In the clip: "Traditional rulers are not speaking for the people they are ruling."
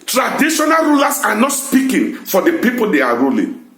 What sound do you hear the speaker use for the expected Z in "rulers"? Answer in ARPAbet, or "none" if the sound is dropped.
S